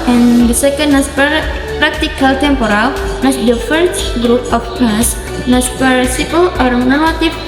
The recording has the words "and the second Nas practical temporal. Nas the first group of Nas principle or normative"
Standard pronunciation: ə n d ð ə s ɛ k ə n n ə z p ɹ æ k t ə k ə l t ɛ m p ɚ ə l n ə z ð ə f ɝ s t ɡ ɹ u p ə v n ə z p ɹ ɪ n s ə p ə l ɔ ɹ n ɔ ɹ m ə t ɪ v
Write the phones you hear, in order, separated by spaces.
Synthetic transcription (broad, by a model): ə n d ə s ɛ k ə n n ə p p ɹ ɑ k t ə k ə l t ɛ m p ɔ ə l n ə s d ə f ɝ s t ɡ ɹ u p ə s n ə s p ɑ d s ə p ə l ɔ ɹ n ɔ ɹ m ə t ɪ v